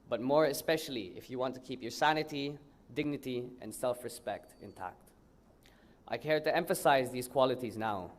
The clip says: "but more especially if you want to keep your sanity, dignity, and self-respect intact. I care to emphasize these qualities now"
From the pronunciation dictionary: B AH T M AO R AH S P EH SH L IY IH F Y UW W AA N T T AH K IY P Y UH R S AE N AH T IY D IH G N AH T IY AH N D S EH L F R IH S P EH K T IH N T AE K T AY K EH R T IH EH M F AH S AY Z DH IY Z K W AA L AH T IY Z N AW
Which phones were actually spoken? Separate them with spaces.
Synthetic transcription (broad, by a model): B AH T M AO R AH S P EH SH L IY IH F Y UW W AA N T T AH K IY P Y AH R S AE N AH T IY D IH G N AH T IY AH N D S EH L F R IH S P EH K T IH N T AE K T AY K EH R T IH EH M F AH S AY Z DH IY Z K W AA L AH T IY Z N AW